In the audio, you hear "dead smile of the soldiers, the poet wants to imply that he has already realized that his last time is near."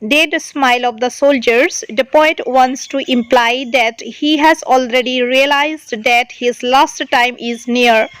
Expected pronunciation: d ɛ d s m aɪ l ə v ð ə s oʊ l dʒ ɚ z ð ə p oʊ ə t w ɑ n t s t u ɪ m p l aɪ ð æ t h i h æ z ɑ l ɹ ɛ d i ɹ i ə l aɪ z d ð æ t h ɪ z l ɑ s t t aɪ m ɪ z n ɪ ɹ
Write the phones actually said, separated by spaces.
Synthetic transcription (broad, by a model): d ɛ d s m aɪ l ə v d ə s oʊ l dʒ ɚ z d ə p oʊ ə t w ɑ n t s t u ɪ m p l aɪ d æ t h i h æ z ɑ l ɹ ɛ d i ɹ i ə l aɪ z d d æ t h ɪ z l ɑ s t t aɪ m ɪ z n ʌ ɹ